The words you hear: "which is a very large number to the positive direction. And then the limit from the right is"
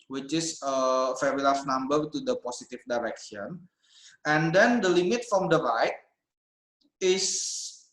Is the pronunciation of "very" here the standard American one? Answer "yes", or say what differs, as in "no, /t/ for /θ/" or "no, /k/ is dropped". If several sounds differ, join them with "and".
no, /f/ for /v/